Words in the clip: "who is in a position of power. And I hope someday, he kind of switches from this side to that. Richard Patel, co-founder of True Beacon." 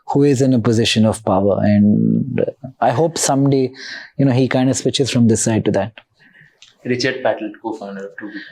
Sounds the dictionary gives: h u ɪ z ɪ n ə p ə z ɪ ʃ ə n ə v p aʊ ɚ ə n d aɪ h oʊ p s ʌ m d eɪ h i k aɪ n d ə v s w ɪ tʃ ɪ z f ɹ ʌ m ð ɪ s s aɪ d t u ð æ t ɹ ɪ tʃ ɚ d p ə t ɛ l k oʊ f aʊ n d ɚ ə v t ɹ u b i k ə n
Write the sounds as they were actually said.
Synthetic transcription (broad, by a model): h u ɪ z ɪ n ə p ə z ɪ ʃ ə n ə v p aʊ ɚ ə n aɪ h oʊ p s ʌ m d eɪ h i k aɪ n d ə s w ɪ tʃ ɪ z f ɹ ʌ m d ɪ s s aɪ d t u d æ t ɹ ɪ tʃ ɚ d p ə t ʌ l k oʊ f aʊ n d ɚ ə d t u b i